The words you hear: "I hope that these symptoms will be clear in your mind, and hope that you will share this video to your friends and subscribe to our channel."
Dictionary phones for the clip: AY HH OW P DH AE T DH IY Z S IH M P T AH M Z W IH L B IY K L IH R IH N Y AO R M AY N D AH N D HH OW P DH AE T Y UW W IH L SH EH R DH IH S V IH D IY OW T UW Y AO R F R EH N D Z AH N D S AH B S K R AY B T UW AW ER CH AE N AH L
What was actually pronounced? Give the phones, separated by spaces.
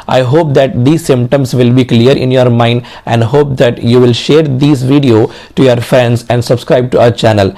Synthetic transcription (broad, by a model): AY HH OW P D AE T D IY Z S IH M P T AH M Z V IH L B IY K L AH R IH N Y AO R M AY N D AH N D HH OW P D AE T Y UW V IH L SH EH R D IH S V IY D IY OW T UW Y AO R F R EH N D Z AH N D S AH B S K R AY B T UW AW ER CH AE N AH L